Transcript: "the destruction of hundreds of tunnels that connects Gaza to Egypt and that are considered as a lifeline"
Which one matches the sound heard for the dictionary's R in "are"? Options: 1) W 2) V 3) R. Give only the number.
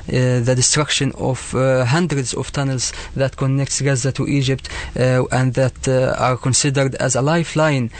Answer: 3